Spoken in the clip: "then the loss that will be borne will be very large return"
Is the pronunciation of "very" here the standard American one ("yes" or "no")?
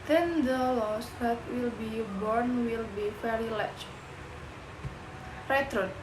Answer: no